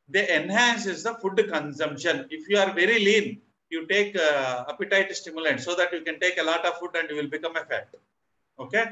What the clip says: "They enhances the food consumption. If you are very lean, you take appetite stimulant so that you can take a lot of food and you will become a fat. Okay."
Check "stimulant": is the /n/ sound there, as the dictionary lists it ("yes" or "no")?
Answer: no